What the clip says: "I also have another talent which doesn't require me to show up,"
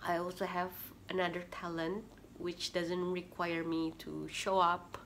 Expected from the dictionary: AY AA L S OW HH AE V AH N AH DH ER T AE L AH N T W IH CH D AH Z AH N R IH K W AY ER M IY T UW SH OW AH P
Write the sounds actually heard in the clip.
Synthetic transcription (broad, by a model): AY AA L S OW HH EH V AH N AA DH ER T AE L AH N T W IH CH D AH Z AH N R IH K W AY ER M IY T UW SH OW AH P